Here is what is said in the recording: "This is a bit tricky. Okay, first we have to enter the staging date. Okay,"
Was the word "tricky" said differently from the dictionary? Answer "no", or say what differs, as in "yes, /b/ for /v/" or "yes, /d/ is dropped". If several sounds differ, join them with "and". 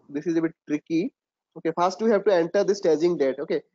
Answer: no